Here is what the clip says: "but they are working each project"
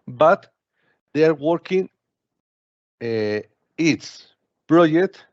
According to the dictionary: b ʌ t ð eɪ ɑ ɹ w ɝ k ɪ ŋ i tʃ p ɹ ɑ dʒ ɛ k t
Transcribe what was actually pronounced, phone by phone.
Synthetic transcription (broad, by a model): b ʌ t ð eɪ ɑ ɹ w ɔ k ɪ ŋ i s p ɹ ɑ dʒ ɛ k t